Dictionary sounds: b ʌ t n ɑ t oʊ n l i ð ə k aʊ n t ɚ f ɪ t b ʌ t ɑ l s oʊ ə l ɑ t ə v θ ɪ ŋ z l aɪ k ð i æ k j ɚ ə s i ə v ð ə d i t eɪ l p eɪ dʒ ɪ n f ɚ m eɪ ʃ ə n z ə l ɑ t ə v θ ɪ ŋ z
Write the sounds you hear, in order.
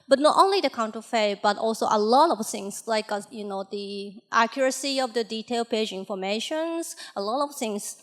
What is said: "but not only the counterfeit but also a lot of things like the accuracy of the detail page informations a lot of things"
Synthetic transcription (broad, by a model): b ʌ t n ɑ t oʊ n l i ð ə k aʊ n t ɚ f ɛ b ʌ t ɑ l s oʊ ə l ɑ t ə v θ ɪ ŋ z l aɪ k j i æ k j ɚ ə s i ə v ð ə d i t eɪ l p eɪ dʒ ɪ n f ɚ m eɪ ʃ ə n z ə l ɑ t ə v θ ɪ ŋ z